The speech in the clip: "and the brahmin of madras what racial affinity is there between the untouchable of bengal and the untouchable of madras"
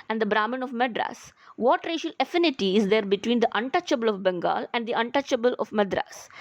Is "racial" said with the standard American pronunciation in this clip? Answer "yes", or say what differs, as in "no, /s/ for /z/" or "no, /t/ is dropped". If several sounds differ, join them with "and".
yes